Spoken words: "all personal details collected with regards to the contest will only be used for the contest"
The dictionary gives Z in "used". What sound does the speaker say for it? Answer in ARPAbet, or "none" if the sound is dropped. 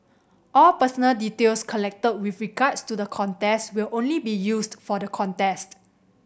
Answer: S